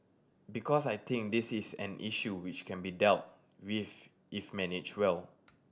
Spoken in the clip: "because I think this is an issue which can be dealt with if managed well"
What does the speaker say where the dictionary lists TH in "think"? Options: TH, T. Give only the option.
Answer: T